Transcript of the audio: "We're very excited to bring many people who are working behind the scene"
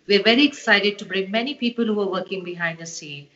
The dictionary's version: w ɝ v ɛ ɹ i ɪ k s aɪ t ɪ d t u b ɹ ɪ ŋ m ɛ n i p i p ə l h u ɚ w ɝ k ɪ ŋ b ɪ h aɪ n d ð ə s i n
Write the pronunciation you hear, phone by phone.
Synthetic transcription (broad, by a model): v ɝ v ɛ ɹ i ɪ s aɪ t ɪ d t u b ɹ ɪ ŋ m ɛ n i p i p ə l h u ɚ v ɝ k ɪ ŋ b ɪ h aɪ n d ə s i n